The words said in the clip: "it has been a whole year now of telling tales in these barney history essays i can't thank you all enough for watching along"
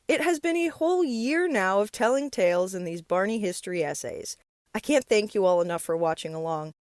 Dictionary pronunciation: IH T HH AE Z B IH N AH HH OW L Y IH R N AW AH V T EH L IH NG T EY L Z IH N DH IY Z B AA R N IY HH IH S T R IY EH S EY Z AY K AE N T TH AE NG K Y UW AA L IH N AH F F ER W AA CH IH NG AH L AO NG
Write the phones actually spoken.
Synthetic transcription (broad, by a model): IH T HH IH Z B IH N AH HH OW L Y IH R N AW AH V T EH L IH NG T EY L Z IH N DH IY Z B AA R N IY HH IH S T R IY EH S EY Z AY K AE N TH AE NG K Y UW AA L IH N AH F F ER W AA CH IH NG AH L AO NG